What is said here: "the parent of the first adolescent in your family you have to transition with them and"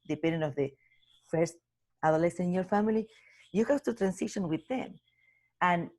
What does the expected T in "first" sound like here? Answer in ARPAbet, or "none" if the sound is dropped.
T